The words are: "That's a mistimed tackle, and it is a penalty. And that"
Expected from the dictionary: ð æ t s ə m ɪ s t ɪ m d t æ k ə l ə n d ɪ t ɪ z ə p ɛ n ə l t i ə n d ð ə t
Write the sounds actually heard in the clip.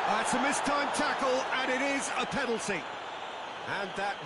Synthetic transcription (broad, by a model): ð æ t s ə m ɪ s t ɪ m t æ k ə l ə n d ɪ t ɪ z ə p ɛ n l s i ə n ð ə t